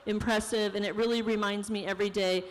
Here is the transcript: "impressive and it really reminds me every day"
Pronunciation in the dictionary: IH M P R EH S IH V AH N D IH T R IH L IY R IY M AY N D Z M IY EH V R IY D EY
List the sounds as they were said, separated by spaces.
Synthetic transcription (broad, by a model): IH M P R EH S IH V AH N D IH T R IH L IY R IY M AY N D Z M IY EH V R IY D EY